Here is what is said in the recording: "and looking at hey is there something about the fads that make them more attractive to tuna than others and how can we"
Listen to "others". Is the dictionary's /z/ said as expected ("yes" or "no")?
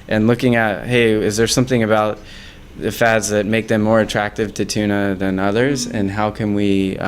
yes